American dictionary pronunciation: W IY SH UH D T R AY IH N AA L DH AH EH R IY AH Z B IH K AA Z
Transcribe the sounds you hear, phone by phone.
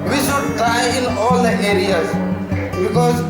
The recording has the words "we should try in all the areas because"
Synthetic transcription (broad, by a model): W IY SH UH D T AY IH N AA L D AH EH R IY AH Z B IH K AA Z